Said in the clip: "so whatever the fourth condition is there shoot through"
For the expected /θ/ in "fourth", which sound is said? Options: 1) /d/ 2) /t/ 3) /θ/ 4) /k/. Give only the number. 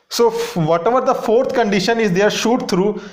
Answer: 2